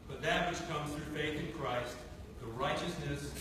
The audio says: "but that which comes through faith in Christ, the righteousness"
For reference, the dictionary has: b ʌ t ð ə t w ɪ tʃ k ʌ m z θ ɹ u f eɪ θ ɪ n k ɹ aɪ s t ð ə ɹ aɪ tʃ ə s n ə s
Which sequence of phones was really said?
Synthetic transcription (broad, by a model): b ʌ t ð ə t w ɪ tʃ k ʌ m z θ ɹ u f eɪ θ ɪ n k ɹ aɪ s t ð ə ɹ aɪ tʃ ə s n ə s